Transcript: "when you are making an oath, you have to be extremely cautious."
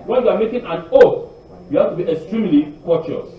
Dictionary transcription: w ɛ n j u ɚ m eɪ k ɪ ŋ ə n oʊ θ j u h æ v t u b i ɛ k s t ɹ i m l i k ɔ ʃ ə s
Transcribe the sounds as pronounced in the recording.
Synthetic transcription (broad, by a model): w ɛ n j u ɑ m eɪ k ɪ ŋ ə n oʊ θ j u h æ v t u b i ɛ k s t ɹ i m l i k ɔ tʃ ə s